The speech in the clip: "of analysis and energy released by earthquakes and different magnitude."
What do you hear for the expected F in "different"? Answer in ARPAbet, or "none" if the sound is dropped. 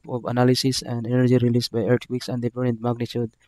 none